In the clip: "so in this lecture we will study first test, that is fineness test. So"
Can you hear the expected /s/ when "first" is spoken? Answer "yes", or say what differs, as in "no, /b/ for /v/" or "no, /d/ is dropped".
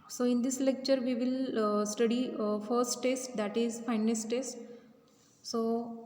yes